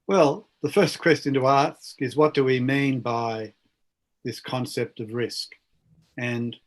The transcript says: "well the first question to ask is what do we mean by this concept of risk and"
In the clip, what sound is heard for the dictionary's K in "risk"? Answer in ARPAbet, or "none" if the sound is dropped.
K